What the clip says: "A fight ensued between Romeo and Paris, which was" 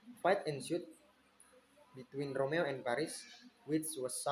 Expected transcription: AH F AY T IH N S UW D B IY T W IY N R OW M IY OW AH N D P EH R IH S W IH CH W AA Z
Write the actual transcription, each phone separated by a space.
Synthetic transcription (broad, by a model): F AY T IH N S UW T B IY T W IY N R OW M IY OW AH N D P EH R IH S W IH S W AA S